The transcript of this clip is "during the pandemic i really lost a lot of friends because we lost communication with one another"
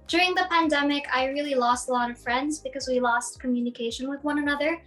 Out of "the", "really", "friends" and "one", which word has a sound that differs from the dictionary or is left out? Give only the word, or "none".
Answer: none